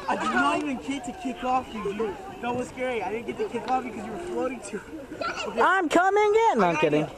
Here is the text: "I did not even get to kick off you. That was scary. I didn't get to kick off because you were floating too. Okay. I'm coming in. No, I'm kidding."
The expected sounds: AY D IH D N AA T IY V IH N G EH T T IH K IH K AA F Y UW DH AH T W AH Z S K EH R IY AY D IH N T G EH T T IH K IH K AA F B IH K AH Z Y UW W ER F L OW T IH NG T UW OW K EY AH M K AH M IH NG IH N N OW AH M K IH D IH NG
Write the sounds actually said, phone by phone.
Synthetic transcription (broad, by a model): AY D IH D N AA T IY V IH N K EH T T IH K IH K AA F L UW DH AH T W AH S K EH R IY AY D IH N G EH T T IH K IH K AA F B IH K AH Z Y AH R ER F OW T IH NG T UW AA AH M K AH M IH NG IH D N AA AH M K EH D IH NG